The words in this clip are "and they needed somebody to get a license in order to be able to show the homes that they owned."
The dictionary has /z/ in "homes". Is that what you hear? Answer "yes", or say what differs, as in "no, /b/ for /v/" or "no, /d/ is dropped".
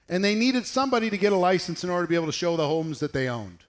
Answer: yes